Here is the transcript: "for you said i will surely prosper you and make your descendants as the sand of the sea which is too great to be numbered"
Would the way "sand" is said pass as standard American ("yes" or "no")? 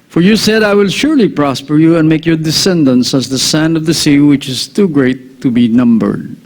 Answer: yes